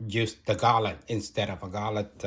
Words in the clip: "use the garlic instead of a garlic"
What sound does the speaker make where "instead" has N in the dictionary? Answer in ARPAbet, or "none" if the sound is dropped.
N